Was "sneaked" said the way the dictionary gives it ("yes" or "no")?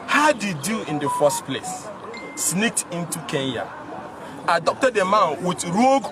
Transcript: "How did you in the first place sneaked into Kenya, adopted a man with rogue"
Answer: yes